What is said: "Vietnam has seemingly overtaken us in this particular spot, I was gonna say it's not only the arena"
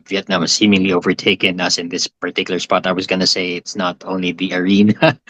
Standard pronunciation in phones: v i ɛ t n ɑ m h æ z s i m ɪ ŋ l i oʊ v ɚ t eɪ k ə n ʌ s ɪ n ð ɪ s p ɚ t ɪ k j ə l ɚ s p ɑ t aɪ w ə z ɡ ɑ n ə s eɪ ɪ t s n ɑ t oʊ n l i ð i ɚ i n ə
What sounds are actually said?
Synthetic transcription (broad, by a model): v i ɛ t n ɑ m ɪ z s i m ɪ ŋ l i oʊ v ɚ t eɪ k ə n ʌ s ɪ n ð ɪ s p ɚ t ɪ k j l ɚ s p ɑ t aɪ w ə z ɡ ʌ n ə s eɪ ɪ t s n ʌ t oʊ n l i ð i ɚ i n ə